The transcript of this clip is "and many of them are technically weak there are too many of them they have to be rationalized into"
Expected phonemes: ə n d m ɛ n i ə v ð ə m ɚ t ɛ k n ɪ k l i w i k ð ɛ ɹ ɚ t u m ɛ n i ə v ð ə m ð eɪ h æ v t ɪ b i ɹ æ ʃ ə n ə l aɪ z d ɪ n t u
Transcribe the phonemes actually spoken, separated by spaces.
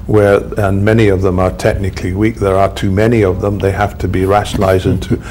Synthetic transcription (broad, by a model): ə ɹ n m ɛ n i ə v ð ə m ɚ t ɛ k n ɪ k l i w i k ð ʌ ɹ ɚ t u m ɛ n i ə v ð ə m ð eɪ h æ f t ɪ b i ɹ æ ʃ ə n l aɪ z d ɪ n t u